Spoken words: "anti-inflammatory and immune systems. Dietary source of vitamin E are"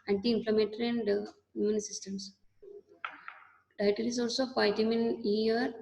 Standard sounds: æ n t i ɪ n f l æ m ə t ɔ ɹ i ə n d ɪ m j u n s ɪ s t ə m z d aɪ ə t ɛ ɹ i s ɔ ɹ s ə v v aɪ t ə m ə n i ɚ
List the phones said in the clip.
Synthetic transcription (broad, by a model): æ n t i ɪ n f l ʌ m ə t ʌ ɹ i ə n d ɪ j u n s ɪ s t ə m s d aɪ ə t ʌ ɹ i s ɔ l s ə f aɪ t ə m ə n i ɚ